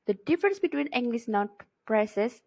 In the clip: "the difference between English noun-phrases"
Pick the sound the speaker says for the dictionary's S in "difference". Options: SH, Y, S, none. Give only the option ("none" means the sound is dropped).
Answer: S